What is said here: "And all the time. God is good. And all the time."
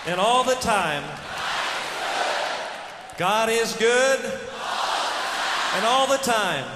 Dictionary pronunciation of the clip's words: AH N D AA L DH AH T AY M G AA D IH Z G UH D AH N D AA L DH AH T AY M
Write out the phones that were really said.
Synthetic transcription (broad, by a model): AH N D AA L DH AH T AY M G AA D IH Z G UH D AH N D AA L DH AH T AY M